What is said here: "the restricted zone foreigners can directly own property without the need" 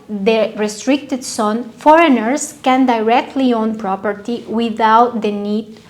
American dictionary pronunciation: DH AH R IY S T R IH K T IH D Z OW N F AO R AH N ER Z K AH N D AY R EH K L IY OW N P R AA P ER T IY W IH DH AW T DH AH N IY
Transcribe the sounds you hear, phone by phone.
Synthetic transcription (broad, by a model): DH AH R IY S T R IH K T IH D S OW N F AO R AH N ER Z K AH N D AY R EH K L IY OW N P R AA P ER T IY W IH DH AW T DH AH N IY